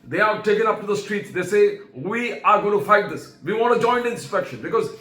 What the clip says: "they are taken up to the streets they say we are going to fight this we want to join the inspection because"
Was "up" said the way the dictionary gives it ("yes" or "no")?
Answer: yes